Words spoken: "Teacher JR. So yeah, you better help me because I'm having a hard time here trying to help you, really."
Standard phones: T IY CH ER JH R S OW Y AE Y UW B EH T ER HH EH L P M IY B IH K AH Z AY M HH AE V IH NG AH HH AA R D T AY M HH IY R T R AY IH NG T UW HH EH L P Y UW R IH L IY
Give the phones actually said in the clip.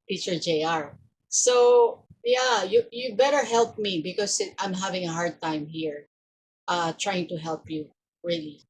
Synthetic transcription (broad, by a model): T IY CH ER JH R S OW Y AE Y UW B EH T ER HH EH L P M IY B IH K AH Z AY M HH AE V IH NG AH HH AA R D T AY M HH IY R T R AY IH NG T UW HH EH L P Y UW R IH L IY